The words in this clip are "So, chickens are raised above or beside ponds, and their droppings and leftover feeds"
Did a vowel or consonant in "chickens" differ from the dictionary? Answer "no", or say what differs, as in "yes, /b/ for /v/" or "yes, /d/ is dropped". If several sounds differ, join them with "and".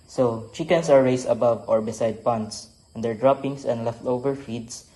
yes, /s/ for /z/